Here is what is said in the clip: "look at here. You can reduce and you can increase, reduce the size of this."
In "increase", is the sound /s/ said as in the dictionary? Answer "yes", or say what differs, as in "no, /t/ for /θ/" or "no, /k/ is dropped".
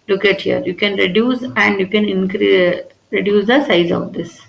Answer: no, /s/ is dropped